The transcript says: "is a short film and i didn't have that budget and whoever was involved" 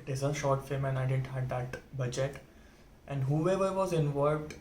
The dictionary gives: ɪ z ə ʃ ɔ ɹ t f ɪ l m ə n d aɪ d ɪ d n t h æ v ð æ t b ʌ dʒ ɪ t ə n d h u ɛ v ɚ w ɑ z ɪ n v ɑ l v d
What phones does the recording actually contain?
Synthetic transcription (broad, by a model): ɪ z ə ʃ ɔ ɹ t f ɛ m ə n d aɪ d ɪ d n t h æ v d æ t b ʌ dʒ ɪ t ə n d h u ɛ v ɚ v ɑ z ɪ n v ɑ l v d